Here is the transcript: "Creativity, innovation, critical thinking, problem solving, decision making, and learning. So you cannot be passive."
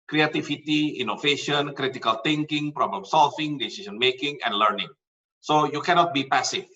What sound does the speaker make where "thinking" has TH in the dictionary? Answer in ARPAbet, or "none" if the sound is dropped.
T